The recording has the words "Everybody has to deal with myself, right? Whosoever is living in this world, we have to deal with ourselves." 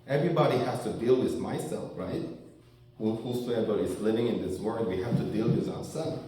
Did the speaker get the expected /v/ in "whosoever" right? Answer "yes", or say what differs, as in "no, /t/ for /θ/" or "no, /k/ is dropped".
no, /b/ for /v/